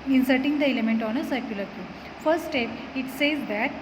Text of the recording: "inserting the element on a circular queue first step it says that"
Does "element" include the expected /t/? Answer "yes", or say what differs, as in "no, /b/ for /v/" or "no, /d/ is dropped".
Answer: yes